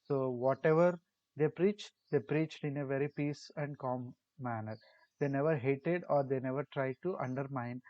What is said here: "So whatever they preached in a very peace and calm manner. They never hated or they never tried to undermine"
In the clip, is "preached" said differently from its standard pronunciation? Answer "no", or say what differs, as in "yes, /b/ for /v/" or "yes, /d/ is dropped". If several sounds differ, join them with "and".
no